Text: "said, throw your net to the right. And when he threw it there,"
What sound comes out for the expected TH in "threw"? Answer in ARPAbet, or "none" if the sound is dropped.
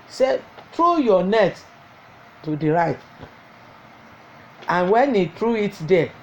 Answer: T